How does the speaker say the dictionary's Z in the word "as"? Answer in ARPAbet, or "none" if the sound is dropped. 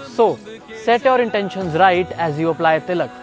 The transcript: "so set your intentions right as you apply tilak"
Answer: Z